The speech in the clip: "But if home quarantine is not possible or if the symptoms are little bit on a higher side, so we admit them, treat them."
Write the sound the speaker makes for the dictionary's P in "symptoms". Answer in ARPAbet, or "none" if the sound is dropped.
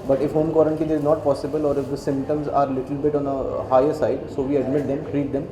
P